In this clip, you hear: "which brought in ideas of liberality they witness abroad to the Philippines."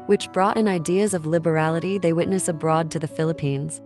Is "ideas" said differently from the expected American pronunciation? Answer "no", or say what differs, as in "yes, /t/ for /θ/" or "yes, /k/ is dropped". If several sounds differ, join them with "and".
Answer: no